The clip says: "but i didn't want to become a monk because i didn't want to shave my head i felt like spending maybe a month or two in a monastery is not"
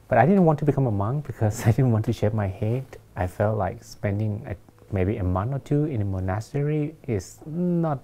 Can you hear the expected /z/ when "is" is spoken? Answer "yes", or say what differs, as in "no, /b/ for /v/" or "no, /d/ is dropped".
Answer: no, /s/ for /z/